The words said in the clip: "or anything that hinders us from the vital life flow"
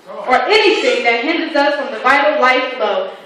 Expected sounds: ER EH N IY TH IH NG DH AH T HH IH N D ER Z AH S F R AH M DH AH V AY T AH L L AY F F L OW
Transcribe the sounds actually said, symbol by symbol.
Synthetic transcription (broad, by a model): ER EH N IY TH IH NG DH AH T HH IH N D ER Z AH S F R AH M DH AH V AY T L L AY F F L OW